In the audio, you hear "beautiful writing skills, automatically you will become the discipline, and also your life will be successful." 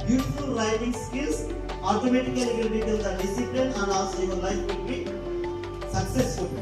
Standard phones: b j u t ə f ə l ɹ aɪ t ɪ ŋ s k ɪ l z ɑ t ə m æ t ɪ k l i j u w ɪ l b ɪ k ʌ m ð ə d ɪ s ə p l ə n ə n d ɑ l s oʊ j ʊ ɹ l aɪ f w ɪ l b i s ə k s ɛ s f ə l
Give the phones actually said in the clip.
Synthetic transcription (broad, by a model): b j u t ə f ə l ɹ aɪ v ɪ ŋ s k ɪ l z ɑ t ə m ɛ t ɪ k i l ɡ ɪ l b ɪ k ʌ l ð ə d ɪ s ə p l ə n ə n d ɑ s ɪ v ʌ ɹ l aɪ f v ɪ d b i s ə k s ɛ s f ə l